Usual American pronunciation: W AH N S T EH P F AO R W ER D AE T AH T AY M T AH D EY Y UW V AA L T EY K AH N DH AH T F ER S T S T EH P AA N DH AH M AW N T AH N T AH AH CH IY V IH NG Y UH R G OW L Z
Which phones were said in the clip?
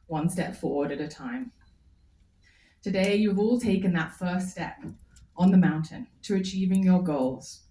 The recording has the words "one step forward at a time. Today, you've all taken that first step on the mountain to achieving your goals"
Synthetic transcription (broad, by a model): W AH N S T EH P F AO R W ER D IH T AH T AY M T AH D EY Y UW V AA L T EY K AH N DH AH T F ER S S T EH P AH N DH AH M AW N T AH N T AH AH CH IY V IH NG Y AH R G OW L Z